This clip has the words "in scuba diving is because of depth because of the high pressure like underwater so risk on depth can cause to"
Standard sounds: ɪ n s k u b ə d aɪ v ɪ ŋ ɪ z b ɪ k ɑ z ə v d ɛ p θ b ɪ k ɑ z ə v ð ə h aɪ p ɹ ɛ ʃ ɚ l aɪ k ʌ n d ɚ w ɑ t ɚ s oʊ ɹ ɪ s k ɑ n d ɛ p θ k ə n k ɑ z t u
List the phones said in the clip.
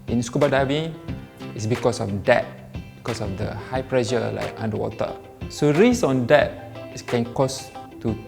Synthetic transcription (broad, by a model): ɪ n s k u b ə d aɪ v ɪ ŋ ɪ s b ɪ k ɑ s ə f d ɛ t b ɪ k ɑ s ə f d ə h aɪ p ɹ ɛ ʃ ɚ l aɪ k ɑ n d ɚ w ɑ t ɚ s oʊ ɹ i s ɑ n d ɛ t k ə n k ɑ s t u